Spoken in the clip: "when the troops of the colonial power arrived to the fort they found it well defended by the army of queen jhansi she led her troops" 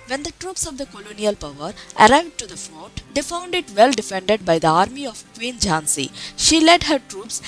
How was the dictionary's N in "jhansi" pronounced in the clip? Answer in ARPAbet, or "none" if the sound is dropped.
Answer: N